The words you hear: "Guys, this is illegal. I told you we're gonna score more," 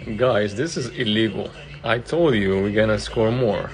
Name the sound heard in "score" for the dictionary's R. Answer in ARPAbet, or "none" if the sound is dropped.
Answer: R